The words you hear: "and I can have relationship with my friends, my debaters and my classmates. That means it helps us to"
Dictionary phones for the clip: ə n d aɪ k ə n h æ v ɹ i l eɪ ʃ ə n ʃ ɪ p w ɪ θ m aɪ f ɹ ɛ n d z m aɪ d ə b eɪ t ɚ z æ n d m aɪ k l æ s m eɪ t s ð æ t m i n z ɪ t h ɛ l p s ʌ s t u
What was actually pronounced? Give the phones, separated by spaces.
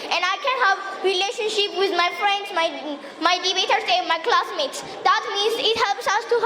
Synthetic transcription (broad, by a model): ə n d aɪ k ə n h æ v ɹ i l eɪ ʃ ə n ʃ ɪ p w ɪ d m aɪ f ɹ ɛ n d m m aɪ d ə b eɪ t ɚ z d m aɪ k l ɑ s m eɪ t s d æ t m i n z ɪ t h ɛ l p s ʌ s t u